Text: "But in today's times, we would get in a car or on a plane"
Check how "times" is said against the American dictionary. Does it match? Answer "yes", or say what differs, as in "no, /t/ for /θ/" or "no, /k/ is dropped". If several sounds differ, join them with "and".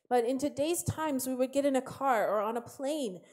yes